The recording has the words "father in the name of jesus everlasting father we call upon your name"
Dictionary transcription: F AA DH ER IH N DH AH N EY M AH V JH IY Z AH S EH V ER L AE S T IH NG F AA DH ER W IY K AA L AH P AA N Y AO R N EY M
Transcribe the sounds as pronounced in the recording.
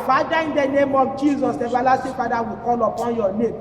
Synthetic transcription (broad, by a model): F AA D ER IH N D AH N EY M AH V JH IY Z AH S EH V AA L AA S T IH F AA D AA W IY K AA L AH P AA N Y AO N EY M